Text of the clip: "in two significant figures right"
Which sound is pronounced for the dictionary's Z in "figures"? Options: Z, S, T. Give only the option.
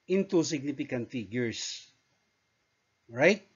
S